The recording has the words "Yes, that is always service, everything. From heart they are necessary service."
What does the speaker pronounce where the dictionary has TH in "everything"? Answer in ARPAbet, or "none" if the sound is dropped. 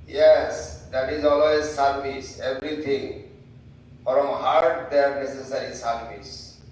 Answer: T